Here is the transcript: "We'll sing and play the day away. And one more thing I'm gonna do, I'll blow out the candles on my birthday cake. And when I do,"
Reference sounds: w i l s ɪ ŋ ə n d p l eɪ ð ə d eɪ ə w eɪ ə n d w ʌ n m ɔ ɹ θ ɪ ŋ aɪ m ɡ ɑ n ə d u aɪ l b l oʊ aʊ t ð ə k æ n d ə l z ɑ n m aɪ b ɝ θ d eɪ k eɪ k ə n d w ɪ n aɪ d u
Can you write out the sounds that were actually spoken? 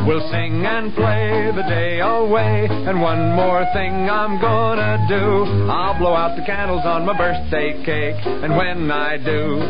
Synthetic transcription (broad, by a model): w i l s ɪ ŋ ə n p l eɪ ð ə d eɪ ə w eɪ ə n w ʌ n m ɔ ɹ θ ɪ ŋ aɪ m ɡ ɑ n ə d u aɪ l b l oʊ aʊ t ð ə k æ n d l z n m aɪ b ɝ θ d eɪ k eɪ k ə n w ɪ n aɪ d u